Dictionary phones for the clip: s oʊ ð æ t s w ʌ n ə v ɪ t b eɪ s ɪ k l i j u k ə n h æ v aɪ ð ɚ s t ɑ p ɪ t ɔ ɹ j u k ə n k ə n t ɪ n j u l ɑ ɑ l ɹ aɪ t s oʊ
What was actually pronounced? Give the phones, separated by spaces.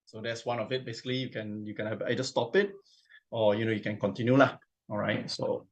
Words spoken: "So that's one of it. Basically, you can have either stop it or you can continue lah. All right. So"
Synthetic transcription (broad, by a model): s oʊ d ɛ t s w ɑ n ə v ɪ t b eɪ s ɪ k l i j u k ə n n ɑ b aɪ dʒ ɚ s t ɑ p ɪ t ɔ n j u k ə n k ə n t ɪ n j u l ɑ ɑ l ɹ aɪ t s oʊ